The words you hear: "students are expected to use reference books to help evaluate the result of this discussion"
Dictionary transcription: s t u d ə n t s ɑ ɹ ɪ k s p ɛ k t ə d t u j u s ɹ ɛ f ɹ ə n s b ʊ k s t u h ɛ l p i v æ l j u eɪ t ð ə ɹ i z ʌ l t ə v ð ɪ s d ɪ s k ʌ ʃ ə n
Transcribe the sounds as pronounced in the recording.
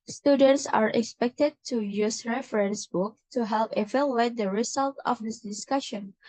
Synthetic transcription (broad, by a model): s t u d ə n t s ɑ ɹ ɪ k s p ɛ k t ə d t u j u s ɹ ɛ f ɹ ə n s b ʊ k t u h ɛ l p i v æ l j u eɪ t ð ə ɹ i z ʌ l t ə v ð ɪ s d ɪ s k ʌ ʃ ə n